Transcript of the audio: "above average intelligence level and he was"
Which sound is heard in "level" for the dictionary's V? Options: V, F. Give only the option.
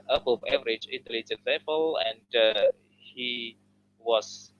F